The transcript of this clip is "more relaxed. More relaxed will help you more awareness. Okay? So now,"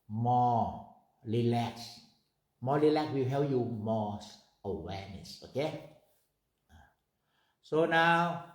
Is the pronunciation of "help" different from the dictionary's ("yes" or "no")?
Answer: yes